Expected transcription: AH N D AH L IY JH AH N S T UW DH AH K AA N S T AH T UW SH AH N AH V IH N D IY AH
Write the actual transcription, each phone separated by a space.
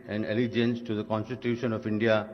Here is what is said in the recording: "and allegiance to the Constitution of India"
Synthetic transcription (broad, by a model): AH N D AH L IY JH AH N S T UW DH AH K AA N S T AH T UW SH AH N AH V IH N D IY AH